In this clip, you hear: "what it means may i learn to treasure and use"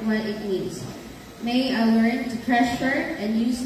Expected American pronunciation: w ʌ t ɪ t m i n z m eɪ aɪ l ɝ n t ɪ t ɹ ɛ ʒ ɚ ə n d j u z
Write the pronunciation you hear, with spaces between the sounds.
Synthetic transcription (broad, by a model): w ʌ t ɪ t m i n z m eɪ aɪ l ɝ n t ɪ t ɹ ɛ ʃ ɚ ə n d j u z